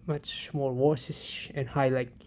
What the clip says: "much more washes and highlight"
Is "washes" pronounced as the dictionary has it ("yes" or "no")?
no